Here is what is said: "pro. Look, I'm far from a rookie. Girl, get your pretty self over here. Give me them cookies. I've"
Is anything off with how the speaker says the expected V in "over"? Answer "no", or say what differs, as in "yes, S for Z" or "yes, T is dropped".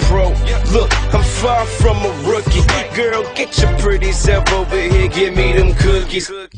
yes, W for V